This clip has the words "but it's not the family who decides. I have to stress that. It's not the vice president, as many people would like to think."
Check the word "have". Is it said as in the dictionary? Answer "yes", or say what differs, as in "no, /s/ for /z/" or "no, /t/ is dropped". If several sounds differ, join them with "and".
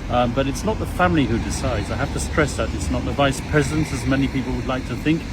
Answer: no, /f/ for /v/